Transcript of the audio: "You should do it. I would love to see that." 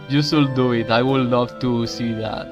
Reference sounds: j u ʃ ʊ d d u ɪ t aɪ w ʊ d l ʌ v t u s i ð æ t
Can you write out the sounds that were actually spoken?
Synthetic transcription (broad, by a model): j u s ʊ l d u ɪ t aɪ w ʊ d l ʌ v t u s i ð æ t